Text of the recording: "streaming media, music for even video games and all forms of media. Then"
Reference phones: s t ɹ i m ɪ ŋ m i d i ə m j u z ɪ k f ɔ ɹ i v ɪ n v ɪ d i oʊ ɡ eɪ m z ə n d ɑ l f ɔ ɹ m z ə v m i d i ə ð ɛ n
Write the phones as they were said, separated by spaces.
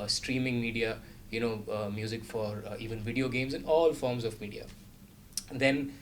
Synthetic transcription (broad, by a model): s t ɹ i m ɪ ŋ m i d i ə m j u z ɪ k f ɔ ɹ i v ɪ n v ɪ d i oʊ ɡ eɪ m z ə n ɑ l f ɔ ɹ m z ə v m i d i ə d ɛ n